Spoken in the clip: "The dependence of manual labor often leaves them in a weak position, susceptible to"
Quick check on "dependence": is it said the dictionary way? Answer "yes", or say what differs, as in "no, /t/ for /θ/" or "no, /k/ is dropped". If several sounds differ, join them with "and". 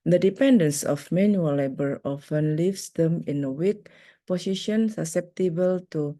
yes